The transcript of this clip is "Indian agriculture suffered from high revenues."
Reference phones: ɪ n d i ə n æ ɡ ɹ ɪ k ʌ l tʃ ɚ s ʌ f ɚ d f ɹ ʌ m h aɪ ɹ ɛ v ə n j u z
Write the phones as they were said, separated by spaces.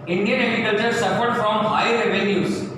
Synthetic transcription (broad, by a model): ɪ n d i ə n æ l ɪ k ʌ tʃ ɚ s ʌ f ɚ d f ɹ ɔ m h aɪ ɹ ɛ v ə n j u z